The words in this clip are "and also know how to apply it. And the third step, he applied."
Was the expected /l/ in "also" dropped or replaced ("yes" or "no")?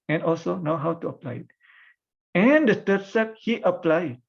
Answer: no